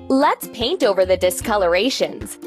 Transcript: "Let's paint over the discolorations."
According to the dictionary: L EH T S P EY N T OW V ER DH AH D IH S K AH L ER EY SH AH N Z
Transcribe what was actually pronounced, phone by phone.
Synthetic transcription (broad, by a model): L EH T S P EY N T OW V ER DH AH D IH S K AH L ER EY SH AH N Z